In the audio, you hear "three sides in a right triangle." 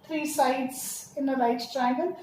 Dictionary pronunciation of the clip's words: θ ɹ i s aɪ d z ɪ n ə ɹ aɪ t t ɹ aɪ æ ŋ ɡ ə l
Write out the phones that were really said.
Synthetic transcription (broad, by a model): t ɹ i s aɪ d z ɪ n ə l aɪ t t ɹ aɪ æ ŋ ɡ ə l